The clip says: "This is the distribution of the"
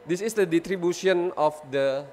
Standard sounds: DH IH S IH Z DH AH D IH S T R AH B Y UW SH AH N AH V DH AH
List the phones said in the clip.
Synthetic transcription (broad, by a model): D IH S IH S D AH D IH T R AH B Y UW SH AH N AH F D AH